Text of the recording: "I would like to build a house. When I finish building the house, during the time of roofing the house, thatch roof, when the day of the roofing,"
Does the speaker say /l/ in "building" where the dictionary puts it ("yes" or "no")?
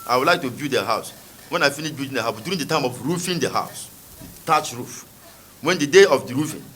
no